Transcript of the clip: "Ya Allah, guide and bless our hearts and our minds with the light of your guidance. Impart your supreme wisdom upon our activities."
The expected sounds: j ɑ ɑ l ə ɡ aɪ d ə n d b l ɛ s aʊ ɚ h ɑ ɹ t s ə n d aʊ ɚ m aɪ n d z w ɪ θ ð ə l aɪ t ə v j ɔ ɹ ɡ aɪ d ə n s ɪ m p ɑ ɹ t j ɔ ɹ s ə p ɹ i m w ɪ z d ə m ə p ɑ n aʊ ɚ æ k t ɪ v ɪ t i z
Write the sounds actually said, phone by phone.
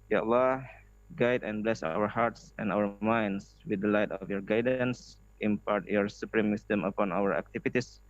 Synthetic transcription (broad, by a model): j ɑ ɑ l ə ɡ aɪ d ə n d b l ɛ s aʊ ɚ h ɑ ɹ t s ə n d aʊ ɚ m aɪ n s w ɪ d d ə l aɪ t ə f j ɔ ɹ ɡ aɪ d ə n s ɪ m p ɑ ɹ t j ɔ ɹ s ə p ɹ i m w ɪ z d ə m ə p ɑ n aʊ ɚ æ k t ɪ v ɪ t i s